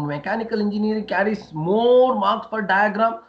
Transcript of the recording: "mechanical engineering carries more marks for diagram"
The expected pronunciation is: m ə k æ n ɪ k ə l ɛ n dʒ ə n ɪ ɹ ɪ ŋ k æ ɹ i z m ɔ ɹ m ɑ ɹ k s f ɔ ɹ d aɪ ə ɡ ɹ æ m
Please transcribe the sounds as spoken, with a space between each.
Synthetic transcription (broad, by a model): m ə k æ n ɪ k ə l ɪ n dʒ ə n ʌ ɹ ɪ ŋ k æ ɹ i s m ɔ ɹ m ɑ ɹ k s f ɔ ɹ d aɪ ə ɡ ɹ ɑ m